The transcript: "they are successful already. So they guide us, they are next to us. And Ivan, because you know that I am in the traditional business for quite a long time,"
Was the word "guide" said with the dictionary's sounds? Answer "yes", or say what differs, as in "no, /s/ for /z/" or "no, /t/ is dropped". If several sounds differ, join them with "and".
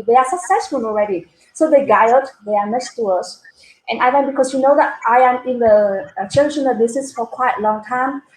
no, /d/ is dropped